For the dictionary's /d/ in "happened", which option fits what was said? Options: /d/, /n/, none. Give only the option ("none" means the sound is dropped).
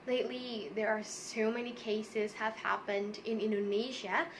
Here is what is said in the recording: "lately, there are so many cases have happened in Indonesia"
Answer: /d/